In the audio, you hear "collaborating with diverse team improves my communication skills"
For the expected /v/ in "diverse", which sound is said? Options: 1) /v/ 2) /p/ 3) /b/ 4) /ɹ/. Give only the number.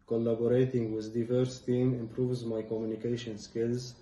1